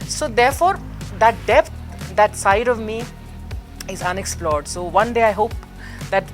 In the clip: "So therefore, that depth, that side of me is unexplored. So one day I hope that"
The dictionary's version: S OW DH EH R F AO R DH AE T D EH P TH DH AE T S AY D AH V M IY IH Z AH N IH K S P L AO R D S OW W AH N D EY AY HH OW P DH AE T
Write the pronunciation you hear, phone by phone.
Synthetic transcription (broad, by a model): S OW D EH R F AO R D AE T D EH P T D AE T S AY D AH V M IY IH Z AH N IH K S P L AO R D S OW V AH N D EY AY HH OW P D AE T